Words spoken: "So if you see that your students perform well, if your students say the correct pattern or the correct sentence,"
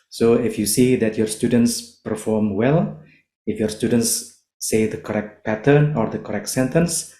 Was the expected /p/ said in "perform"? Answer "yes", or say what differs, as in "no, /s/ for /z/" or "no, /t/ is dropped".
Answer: yes